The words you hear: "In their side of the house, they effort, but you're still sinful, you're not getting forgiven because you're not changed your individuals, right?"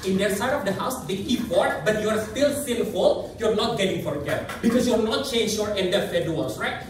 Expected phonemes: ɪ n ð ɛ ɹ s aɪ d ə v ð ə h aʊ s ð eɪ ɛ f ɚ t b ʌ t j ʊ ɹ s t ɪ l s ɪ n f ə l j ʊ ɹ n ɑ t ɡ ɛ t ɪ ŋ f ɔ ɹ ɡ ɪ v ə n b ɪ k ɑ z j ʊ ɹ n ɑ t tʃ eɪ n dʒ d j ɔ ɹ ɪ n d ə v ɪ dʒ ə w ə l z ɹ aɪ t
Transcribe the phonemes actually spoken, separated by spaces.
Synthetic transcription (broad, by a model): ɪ n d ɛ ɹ s aɪ d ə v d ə h aʊ s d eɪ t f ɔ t b ʌ t j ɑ ɹ s t ɪ l s ɪ n f ə l j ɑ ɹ n ɑ t ɡ ɛ t ɪ ŋ f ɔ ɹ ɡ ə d b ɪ k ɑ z j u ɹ n ɑ t tʃ eɪ n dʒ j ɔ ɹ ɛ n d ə f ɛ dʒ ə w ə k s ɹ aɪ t